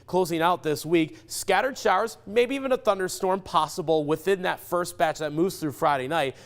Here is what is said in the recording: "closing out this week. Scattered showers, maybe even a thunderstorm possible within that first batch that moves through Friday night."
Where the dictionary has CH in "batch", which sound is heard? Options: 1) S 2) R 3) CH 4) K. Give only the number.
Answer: 3